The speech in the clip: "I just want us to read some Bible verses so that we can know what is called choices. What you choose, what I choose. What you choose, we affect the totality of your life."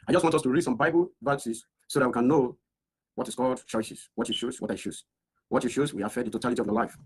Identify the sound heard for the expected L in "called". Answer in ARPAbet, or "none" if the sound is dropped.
L